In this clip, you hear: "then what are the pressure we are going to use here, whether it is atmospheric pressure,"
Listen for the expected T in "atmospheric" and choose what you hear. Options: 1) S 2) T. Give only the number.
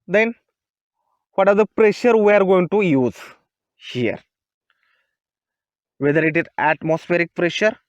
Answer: 2